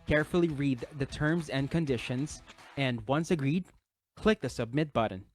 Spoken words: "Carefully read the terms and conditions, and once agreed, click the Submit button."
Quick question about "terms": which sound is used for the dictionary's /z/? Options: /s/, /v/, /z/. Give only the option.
/z/